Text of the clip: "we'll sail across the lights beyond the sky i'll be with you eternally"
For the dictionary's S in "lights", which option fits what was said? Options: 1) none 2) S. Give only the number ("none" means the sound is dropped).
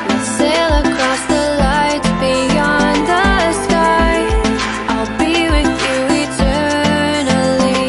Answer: 1